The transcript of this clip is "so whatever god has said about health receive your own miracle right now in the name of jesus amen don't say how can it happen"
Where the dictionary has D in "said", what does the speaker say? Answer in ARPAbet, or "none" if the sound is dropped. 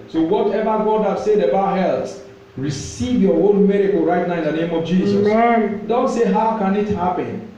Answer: D